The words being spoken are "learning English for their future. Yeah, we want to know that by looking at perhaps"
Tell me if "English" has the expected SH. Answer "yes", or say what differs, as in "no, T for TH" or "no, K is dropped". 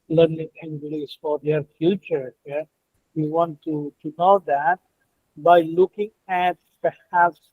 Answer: no, S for SH